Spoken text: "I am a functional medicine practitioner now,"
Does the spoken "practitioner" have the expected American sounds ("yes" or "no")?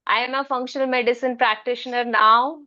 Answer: yes